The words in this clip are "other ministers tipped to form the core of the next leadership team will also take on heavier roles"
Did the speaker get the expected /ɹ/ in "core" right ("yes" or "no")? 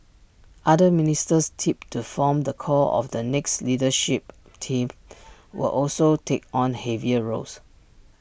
no